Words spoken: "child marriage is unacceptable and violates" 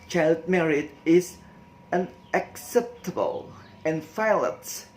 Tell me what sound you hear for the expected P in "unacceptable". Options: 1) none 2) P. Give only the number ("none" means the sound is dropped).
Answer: 2